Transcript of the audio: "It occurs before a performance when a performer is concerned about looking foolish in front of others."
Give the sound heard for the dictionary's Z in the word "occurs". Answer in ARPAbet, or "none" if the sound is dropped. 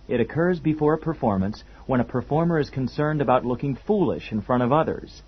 Z